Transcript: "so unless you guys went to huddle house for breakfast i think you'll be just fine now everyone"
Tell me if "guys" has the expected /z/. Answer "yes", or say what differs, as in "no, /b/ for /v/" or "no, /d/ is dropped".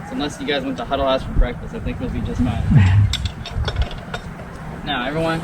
yes